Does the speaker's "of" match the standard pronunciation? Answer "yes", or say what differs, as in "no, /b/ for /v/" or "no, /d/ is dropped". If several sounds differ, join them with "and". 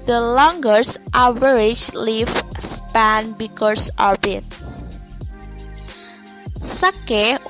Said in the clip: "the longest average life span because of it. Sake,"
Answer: no, /b/ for /v/